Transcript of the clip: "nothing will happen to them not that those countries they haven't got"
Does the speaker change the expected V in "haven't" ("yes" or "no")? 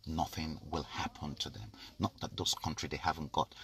no